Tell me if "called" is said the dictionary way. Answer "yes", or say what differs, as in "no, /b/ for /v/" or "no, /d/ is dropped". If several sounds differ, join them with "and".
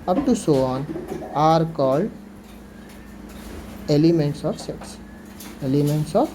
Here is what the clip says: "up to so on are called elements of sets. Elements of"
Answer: yes